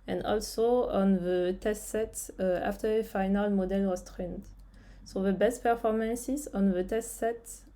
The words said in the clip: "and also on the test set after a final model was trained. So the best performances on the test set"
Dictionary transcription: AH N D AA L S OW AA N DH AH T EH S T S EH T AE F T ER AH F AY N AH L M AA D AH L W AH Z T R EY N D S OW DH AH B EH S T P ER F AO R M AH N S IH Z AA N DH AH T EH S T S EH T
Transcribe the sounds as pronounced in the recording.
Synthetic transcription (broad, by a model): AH N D AA L S OW AA N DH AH T EH S T S EH T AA F T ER AH F AY N AH L M AA D AH L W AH S T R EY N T S OW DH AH B EH S T P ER F AO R M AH N S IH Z AA N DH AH T EH S T S EH T